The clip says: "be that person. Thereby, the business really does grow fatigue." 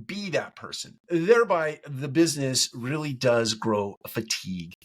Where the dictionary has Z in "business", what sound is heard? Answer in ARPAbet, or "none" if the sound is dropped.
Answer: Z